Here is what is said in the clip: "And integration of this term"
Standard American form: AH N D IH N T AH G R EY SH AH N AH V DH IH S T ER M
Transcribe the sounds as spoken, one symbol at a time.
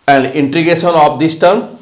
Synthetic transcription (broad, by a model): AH N D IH N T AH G EY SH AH N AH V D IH S T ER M